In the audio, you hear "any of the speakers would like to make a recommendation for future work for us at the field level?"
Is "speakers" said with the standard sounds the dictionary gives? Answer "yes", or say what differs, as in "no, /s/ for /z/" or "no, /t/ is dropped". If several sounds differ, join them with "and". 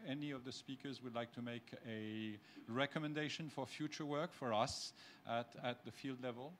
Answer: yes